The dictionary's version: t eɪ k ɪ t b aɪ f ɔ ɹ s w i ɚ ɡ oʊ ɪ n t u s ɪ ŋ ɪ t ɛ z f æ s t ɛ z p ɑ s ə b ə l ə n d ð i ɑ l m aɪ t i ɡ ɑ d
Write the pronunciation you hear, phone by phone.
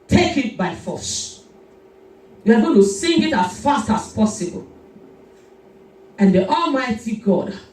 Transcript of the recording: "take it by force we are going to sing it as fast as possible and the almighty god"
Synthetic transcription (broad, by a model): t eɪ k ɪ t b aɪ f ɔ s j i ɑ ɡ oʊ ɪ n t u s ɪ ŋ ɪ t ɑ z f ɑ s t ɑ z p ɑ s ə b ə l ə n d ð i ɑ l m aɪ t i ɡ ɑ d